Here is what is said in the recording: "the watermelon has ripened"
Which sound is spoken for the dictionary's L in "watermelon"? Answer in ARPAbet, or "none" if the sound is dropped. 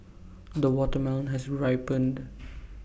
none